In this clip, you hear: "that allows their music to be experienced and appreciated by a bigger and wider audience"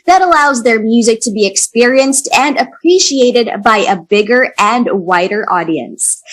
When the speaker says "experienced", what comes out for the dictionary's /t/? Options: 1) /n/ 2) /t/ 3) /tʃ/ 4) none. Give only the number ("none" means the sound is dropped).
2